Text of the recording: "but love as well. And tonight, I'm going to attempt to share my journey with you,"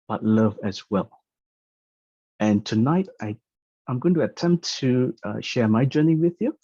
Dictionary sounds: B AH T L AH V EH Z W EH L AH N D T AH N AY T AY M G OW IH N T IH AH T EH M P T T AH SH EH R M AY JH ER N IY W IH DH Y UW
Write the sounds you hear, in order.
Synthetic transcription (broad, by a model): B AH T L AH V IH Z W EH L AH N T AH N AY T AY M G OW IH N T IH AH T EH M P T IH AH SH EH R M AY JH ER N IY W IH DH Y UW